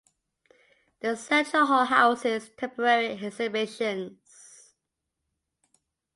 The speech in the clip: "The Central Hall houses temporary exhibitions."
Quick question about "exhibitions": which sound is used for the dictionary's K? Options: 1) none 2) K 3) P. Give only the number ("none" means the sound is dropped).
1